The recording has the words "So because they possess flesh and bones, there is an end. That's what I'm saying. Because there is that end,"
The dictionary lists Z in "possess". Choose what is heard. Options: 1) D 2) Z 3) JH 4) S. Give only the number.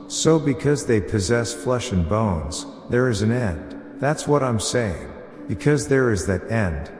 2